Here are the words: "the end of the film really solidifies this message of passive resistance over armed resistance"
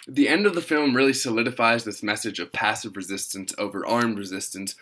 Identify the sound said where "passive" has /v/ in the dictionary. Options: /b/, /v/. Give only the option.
/v/